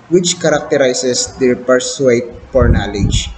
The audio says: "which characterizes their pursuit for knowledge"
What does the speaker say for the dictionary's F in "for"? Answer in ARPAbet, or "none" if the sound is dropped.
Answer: P